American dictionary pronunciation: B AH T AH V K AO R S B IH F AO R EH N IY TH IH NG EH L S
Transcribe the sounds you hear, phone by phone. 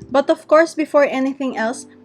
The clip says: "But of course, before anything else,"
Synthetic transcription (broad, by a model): B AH T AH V K AO R S B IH F AO R EH N IY TH IH NG EH L S